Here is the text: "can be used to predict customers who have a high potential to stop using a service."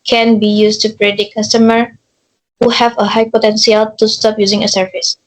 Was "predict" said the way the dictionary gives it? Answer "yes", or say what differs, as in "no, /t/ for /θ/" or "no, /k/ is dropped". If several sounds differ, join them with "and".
no, /k/ is dropped